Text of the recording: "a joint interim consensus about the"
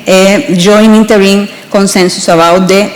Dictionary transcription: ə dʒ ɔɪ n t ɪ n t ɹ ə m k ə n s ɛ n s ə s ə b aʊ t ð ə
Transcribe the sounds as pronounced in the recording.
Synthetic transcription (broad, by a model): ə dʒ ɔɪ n i n t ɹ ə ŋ k ə n s ɛ n s ə s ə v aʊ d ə